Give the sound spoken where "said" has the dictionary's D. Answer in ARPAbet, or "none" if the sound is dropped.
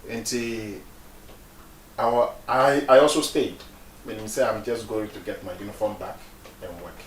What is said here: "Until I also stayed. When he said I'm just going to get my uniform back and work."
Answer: none